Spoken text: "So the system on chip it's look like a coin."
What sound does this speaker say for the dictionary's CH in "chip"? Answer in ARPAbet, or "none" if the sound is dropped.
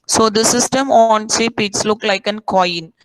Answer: S